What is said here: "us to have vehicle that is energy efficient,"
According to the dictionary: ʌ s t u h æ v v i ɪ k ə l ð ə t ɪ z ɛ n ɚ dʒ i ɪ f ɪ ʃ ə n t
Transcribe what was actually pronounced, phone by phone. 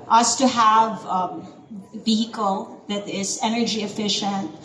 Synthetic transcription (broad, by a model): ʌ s t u h æ v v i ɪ k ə l ð ə t ɪ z ɛ n ɚ dʒ i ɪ f ɪ ʃ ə n t